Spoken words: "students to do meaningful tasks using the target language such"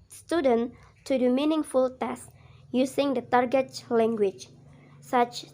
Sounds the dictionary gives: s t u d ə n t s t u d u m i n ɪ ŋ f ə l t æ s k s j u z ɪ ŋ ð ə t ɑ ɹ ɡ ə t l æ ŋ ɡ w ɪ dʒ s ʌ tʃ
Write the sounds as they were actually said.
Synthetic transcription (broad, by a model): s t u d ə n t t u d u m i n ɪ ŋ f ə l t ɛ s s j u s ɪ ŋ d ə t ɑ ɹ ɡ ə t l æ ŋ ɡ w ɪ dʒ s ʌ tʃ